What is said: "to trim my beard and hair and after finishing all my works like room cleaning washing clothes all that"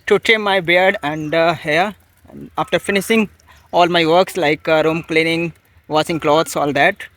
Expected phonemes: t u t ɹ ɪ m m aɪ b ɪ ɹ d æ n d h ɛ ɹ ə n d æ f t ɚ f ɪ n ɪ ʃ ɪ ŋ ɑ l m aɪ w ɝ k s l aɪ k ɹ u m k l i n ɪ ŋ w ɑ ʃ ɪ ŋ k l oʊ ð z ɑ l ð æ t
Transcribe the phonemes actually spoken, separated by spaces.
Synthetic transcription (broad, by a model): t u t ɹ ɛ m m aɪ b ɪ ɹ d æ n d h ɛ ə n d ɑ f t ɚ f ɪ n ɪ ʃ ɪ ŋ ɑ l m aɪ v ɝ k s l aɪ k ɹ u m k l i n ɪ ŋ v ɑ s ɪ ŋ k l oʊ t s ɑ l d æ t